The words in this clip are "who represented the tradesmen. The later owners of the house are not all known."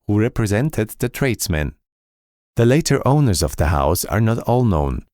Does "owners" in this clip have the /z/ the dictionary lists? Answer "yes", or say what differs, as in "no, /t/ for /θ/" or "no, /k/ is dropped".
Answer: yes